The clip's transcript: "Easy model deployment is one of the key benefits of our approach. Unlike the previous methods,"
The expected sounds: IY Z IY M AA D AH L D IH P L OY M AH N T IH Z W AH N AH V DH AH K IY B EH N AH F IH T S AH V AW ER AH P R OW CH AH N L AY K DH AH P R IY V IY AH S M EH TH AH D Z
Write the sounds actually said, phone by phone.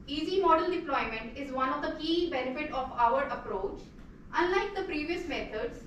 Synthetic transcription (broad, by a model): IY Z IY M AA D AH L D IH P L OY M AH N T IH Z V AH N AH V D AH K IY B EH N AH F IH T AH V AW ER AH P R OW CH AH N L AY K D AH P R IY V IY AH S M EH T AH D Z